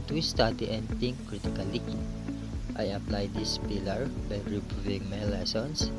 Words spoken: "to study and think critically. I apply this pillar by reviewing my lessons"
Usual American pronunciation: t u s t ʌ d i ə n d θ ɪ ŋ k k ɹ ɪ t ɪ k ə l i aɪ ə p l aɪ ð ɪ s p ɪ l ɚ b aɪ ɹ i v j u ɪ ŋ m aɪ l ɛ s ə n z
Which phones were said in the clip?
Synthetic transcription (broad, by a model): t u s t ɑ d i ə n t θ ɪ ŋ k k ɹ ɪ t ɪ k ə l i aɪ ə p l aɪ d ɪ s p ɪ l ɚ b aɪ ɹ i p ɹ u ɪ ŋ m aɪ l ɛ s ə n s